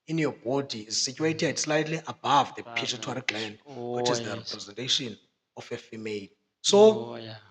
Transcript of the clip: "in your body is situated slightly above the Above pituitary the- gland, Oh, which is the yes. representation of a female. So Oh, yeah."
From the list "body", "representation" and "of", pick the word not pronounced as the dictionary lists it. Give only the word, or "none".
of